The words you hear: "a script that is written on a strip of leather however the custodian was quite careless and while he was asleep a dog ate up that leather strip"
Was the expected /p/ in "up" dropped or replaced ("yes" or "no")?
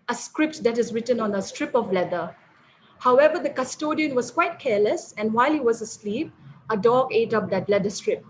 no